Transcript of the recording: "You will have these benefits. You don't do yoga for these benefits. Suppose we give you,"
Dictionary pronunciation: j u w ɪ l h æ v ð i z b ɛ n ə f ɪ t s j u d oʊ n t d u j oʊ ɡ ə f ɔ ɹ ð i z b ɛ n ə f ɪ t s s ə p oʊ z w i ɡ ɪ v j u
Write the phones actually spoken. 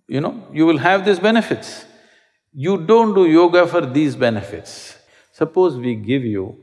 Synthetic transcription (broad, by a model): j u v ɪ l h æ v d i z b ɛ n ə f ɪ t s j u d oʊ n t d u j oʊ ɡ ə f ɔ ɹ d i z b ɛ n ə f ɪ t s s ə p oʊ z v i ɡ ɪ v j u